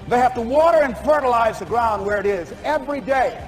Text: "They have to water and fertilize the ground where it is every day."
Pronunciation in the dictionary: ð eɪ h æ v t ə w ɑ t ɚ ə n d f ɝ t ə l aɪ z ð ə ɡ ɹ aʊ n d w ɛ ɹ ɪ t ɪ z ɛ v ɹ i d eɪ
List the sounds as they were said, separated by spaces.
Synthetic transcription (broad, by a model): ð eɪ h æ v t ə w ɑ t ɚ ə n f ɝ t ə l aɪ z ð ə ɡ ɹ aʊ n d w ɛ ɹ ɪ t ɪ z ɛ v ɹ i d eɪ